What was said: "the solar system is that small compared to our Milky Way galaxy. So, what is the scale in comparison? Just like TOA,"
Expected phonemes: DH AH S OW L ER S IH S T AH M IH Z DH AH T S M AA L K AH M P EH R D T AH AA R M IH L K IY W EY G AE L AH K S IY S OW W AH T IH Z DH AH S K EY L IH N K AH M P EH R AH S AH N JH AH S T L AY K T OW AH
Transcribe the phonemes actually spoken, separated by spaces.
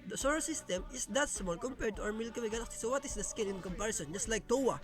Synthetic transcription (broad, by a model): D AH S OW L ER S IH S T AH M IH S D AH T S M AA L K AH M P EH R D T AH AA W M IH L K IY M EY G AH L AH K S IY S OW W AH T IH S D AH S K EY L IH N K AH M P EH R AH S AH N JH AH S T L AY K T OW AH